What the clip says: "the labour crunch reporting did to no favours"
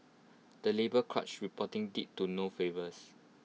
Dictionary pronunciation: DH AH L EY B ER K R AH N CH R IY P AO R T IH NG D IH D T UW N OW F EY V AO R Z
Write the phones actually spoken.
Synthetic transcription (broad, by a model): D AH L EY B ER K R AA CH R IY P AO T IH NG D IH T UW N OW F EY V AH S